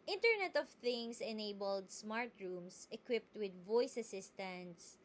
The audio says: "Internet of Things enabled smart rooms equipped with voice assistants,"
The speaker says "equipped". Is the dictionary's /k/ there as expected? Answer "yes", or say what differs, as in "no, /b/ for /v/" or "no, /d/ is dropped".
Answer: yes